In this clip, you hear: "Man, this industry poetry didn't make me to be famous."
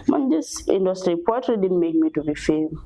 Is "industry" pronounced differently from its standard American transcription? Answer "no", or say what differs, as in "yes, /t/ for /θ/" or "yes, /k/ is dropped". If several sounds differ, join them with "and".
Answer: no